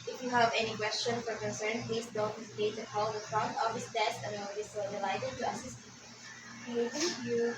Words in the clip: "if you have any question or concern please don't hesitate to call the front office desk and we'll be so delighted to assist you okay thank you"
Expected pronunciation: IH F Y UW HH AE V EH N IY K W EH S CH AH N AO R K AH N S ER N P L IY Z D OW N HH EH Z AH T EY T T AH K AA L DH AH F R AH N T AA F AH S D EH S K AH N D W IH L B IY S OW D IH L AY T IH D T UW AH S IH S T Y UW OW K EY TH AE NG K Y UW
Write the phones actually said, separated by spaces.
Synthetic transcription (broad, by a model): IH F Y UW HH AE V EH N IY K W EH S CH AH N AO R K AH N S ER N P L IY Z D OW N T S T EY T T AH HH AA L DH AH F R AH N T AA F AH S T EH S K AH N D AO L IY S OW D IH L AY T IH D T UW AH S IH S T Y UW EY T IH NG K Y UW